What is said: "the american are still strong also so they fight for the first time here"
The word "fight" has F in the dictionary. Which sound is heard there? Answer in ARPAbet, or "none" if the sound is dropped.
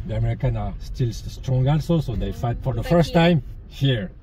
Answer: F